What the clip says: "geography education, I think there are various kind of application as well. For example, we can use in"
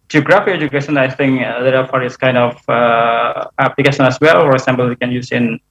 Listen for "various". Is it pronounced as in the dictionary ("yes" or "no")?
no